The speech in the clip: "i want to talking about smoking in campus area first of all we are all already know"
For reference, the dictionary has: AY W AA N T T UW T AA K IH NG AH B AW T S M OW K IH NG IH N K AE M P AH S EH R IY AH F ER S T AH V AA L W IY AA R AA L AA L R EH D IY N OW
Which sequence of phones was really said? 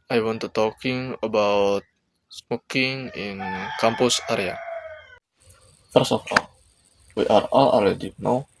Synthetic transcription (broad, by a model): AY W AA N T T UW T AA K IH NG AH B AW T S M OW K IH NG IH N K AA M P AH S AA R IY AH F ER S AH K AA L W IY AA R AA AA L EH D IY N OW